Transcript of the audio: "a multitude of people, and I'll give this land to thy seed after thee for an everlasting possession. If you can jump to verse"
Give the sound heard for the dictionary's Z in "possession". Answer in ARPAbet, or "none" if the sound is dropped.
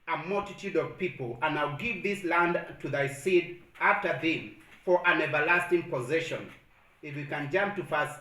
Z